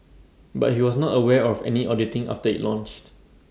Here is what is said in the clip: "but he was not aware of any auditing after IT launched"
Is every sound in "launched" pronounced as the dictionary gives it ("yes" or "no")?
yes